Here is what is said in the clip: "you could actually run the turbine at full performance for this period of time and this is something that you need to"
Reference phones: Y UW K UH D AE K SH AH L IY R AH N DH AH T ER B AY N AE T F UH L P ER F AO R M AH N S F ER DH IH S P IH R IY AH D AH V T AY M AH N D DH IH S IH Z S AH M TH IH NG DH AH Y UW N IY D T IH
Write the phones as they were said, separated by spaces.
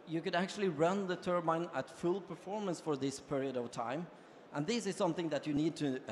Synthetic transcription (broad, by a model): Y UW K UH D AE K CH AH L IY R AH N DH AH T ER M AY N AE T F UH L P ER F AO R M AH N S F ER DH IH S P IH R IY AH D AH V T AY M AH N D DH IH S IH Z S AH M TH IH NG DH AH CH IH N IY D T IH